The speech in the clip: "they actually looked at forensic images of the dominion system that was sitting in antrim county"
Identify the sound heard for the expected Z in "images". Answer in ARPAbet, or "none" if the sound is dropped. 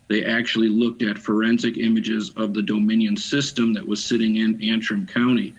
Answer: Z